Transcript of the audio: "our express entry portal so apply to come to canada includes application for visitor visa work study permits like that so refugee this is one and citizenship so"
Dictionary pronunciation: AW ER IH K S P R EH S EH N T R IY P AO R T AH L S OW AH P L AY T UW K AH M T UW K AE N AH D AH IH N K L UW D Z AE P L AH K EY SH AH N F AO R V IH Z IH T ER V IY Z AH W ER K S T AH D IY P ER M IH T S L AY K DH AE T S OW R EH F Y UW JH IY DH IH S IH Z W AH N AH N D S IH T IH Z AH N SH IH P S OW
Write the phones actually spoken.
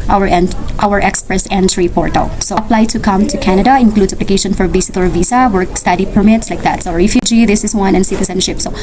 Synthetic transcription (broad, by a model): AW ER IH K S P R EH S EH N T R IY P AO R T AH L S OW AH P L AY T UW K AH M T UW K AE N AH D AH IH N K L UW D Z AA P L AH K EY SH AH N F AO R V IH S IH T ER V IY S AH W ER K S T AH D IY P ER M IH T S L AY K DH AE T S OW R EH F Y UW JH IY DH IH S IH S W AH N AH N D S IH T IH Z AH N SH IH P S OW